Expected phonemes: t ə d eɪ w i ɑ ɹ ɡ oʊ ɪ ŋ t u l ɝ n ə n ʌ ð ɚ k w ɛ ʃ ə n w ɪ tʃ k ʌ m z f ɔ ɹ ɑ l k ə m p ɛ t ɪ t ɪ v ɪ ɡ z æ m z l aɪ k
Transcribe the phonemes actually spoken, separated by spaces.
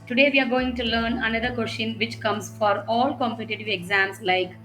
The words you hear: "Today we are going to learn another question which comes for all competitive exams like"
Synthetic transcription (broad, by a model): t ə d eɪ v i ɑ ɹ ɡ oʊ ɪ ŋ t u l ɝ n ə n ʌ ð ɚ k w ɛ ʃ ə n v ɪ tʃ k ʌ m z f ɔ ɹ ɑ l k ə m p ɛ t ɪ t ɪ v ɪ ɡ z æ m s l aɪ k